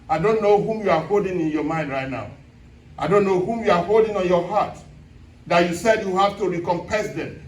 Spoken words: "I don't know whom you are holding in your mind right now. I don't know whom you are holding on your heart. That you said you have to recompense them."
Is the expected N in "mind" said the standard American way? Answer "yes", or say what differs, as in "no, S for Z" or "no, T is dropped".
yes